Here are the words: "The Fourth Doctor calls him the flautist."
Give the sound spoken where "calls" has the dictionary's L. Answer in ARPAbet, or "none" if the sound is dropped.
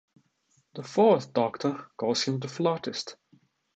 none